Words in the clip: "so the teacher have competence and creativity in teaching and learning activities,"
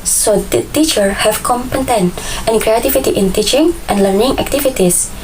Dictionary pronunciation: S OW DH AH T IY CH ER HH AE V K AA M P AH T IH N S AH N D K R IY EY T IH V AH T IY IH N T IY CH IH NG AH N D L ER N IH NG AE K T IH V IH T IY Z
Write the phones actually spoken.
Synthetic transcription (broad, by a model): S OW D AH T IY CH ER HH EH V K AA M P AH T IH N AH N K R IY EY T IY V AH T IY IH N T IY CH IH NG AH N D L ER N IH NG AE K T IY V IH T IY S